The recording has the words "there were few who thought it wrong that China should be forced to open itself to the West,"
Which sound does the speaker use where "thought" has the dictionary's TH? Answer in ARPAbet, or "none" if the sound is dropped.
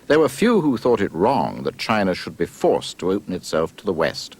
TH